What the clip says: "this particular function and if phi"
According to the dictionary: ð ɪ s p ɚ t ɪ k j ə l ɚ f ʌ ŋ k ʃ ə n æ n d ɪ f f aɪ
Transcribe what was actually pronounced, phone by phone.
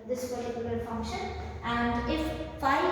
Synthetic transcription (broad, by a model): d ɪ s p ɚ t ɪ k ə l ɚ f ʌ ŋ ʃ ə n æ n d ɪ f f aɪ